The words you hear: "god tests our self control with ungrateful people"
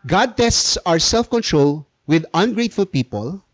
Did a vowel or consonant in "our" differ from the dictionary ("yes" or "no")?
no